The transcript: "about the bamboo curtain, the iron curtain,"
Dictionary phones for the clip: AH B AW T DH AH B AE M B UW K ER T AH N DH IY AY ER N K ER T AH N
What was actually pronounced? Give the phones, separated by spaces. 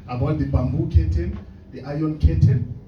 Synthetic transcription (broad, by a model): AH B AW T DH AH B AE M B UW K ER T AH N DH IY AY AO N K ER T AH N